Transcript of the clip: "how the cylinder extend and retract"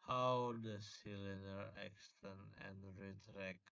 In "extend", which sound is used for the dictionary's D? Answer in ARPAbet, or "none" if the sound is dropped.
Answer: none